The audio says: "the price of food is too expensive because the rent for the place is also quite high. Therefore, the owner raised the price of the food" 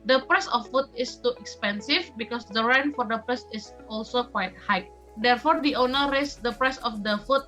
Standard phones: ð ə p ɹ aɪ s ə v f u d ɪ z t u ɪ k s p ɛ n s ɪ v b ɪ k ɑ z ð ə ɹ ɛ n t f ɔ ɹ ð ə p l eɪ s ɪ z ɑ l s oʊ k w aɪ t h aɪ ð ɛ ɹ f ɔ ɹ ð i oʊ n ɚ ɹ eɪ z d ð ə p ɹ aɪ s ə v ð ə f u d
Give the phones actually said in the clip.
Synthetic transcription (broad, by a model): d ə p ɹ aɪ s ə f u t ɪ s t u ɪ k s p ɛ n s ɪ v b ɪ k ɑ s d ə ɹ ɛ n f ɔ ɹ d ə p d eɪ s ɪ s ɑ l s oʊ k w aɪ t h aɪ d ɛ ɹ f ɔ ɹ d i oʊ n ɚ ɹ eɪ s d ə p ɹ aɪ s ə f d ə f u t